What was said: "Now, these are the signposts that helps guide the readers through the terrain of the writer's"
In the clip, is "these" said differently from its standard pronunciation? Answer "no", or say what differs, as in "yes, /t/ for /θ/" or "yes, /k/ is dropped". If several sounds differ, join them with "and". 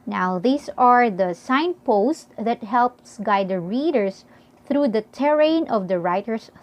yes, /s/ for /z/